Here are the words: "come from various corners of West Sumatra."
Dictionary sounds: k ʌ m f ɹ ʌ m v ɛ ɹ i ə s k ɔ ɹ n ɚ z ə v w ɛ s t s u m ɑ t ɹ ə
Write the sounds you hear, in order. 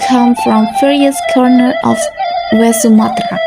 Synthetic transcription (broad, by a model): k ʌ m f ɹ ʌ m f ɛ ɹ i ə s k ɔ ɹ n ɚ ə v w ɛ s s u m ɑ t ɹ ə